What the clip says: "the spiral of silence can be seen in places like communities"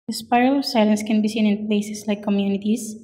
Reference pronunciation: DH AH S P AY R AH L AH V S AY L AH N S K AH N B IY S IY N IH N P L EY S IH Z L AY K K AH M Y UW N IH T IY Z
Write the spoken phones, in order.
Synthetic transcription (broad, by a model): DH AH S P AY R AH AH S AY L AH N S K AH N B IY S IY N IH N P L EY S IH S L AY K K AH M Y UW N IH T IY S